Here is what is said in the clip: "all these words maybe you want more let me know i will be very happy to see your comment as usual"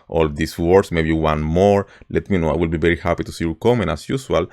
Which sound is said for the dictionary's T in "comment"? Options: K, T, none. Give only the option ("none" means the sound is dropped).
none